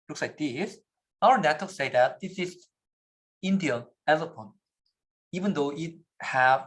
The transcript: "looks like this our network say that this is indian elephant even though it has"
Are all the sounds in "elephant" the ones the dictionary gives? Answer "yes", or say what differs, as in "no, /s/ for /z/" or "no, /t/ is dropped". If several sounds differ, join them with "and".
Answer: no, /p/ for /f/